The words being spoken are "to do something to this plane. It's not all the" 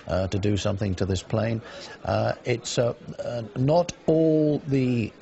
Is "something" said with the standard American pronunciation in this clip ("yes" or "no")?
yes